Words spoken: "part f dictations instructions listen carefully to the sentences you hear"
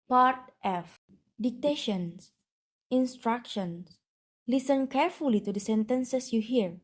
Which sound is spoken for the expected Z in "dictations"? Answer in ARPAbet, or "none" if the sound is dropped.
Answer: S